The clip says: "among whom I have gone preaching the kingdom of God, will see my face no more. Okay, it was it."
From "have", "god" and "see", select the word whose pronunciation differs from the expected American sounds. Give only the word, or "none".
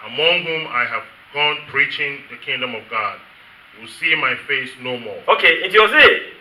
none